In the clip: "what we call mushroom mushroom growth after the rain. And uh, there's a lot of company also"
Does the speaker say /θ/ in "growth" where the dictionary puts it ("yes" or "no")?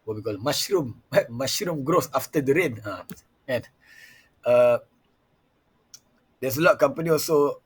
no